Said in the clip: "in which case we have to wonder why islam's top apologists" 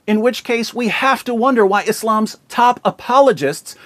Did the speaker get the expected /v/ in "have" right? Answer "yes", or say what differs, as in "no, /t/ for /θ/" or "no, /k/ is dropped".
no, /f/ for /v/